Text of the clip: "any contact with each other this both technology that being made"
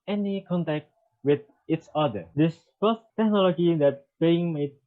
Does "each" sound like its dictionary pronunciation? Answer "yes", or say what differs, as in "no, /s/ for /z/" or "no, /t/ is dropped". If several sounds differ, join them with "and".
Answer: no, /s/ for /tʃ/